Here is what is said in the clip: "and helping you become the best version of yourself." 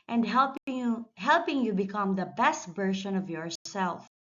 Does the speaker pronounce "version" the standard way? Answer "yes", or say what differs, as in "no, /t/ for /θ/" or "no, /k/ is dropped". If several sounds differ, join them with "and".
no, /b/ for /v/ and /ʃ/ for /ʒ/